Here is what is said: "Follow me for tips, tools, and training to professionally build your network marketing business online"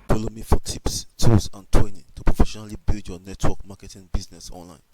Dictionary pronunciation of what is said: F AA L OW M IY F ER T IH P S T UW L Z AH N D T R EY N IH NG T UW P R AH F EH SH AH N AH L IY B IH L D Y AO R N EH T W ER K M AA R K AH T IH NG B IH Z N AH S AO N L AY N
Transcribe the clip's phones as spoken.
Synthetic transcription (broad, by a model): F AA L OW M IY F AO T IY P S T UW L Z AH N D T EY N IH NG T UW P R AH F EH SH AH N AH L IY B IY L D Y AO N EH T W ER K M AA K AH T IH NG B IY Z N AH S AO N L AY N